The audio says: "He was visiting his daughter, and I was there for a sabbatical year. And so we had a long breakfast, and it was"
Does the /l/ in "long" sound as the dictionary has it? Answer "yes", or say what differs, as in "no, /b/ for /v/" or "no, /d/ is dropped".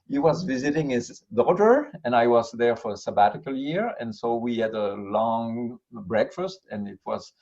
yes